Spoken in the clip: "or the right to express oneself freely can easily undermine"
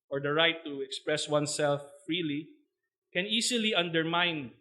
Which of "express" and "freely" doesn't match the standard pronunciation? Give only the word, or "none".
none